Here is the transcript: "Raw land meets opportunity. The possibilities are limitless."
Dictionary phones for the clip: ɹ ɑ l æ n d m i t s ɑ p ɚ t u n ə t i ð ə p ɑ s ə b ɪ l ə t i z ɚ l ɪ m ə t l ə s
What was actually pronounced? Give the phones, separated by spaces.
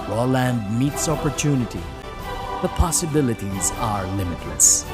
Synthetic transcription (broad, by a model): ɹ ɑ l æ n d m i t s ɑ p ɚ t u n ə t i ð ə p ɑ s ə b ɪ l ə t i z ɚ l ɪ m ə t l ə s